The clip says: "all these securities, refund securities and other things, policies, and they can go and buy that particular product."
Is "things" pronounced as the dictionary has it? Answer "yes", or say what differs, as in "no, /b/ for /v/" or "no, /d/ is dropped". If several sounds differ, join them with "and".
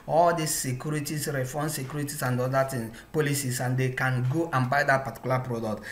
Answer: no, /t/ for /θ/ and /z/ is dropped